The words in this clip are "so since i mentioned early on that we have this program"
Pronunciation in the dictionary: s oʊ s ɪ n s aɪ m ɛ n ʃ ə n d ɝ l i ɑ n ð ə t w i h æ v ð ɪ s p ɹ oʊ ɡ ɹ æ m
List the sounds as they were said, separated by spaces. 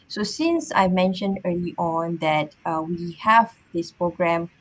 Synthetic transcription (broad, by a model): s oʊ s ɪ n s aɪ m ɛ n ʃ ə n d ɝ l i ɑ n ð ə t w i h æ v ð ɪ s p ɹ oʊ ɡ ɹ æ m